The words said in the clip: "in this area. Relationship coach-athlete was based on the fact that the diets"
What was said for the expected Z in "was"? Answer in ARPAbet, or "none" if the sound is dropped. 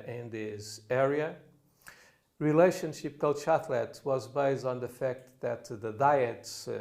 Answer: Z